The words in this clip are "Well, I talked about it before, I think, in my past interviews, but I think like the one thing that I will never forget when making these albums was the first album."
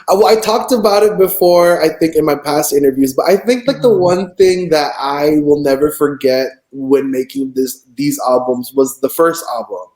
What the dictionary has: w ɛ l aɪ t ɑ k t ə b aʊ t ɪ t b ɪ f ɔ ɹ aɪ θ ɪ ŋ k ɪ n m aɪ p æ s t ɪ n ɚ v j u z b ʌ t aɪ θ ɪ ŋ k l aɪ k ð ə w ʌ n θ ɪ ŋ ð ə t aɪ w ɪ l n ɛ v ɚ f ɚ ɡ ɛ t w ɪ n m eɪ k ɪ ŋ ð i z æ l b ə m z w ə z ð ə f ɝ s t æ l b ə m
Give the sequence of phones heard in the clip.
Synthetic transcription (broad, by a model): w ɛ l aɪ t ɑ k t ə b aʊ t ɪ t b ɪ f ɔ ɹ aɪ θ ɪ ŋ k ɪ n m aɪ p æ s t ɪ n ɚ v j u z b ʌ t aɪ θ ɪ ŋ k l aɪ k ð ə w ʌ n θ ɪ ŋ ð ə t aɪ w ɪ l n ɛ v ɚ f ɚ ɡ ɛ t w ɪ n m eɪ k ɪ ŋ ð i z æ l b ə m z w ə z ð ə f ɝ s t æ l b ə m